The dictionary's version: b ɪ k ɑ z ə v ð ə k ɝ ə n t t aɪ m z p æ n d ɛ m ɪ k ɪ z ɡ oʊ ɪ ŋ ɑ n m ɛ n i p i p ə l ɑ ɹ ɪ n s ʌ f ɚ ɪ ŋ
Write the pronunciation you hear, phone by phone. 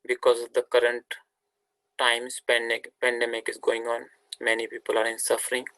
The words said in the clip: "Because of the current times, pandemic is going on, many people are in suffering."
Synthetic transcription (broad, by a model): b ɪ k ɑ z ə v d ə k ɝ ə n t t aɪ m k p æ n d ɛ m ɪ k ɪ z ɡ oʊ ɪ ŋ ɑ n m ɛ n i p i p ə l ɑ ɹ ɪ n s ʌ f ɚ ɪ ŋ